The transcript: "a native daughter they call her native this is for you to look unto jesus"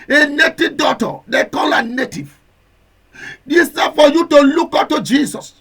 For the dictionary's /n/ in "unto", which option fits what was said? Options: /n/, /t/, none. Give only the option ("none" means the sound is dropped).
none